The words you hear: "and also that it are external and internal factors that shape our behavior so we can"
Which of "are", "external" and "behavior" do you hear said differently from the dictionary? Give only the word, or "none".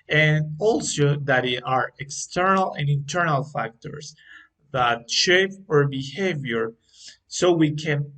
none